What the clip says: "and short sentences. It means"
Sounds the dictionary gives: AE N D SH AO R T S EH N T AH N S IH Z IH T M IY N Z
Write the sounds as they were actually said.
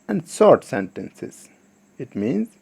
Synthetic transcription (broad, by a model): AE N D S AO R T S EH N T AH N S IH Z IH T M IY N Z